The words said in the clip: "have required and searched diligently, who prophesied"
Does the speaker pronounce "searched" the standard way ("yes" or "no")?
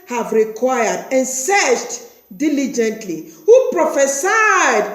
no